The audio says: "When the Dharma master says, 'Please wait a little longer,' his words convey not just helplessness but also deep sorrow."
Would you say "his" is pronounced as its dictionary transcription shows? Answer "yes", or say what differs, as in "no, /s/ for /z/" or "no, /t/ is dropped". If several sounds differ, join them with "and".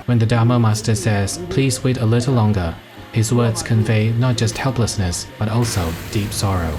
yes